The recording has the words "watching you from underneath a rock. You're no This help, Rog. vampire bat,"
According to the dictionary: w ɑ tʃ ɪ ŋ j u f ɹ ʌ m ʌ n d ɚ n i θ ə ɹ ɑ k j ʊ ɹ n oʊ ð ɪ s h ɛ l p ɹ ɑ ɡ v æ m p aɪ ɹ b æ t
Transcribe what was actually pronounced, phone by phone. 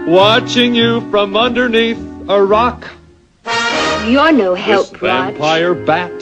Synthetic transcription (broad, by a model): w ɑ tʃ ɪ ŋ j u f ɹ ʌ m ʌ n d ɚ n i θ ə ɹ ɑ k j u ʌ n oʊ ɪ h ɛ l p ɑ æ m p aɪ ɹ b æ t